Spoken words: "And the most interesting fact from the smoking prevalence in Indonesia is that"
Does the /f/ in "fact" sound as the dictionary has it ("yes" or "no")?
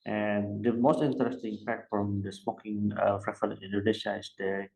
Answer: no